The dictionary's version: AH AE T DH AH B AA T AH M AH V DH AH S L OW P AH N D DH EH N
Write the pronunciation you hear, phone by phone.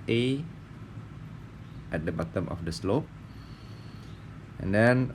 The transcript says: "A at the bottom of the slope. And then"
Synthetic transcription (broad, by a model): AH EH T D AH B AA T AH M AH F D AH S L OW P AH N D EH N